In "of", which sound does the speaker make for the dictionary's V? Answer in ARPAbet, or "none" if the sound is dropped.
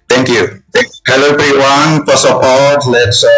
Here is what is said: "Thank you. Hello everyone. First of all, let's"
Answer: P